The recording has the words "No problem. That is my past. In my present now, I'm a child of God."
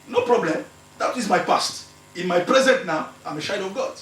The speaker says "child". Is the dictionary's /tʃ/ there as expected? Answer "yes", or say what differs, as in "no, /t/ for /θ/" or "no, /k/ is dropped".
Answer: no, /ʃ/ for /tʃ/